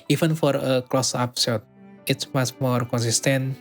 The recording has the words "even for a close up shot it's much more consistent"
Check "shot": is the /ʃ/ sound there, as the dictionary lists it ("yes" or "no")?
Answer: no